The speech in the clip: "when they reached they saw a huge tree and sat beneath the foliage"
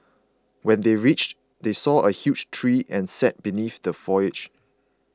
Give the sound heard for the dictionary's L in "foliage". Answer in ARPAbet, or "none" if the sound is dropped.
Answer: none